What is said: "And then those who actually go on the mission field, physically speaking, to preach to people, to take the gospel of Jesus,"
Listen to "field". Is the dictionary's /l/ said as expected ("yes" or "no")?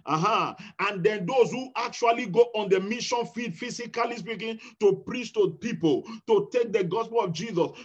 no